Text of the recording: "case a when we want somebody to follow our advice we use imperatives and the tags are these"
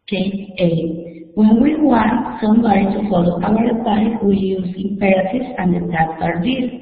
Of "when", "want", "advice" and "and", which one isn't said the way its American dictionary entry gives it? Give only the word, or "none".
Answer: advice